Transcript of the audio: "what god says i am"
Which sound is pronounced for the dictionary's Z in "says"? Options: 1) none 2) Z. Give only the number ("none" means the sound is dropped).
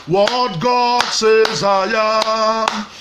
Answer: 2